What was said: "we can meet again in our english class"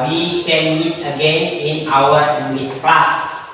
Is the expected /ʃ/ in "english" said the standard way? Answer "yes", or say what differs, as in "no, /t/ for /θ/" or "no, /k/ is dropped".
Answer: no, /s/ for /ʃ/